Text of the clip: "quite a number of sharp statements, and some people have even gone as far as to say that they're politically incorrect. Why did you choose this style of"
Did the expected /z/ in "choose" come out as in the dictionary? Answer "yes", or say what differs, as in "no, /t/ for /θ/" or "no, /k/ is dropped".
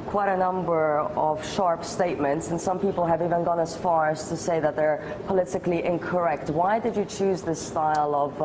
yes